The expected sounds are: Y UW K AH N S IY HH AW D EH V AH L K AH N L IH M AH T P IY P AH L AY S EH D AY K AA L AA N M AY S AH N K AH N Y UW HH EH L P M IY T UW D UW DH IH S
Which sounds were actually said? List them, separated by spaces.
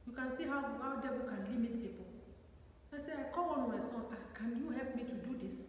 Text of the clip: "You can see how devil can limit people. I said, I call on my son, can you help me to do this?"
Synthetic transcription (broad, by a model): Y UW K AH N S IY HH AW D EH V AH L K AH N L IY M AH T P IY P AH L AY S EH AY K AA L AA N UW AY S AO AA K AH N Y UW HH EH L P M IY T UW D UW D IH S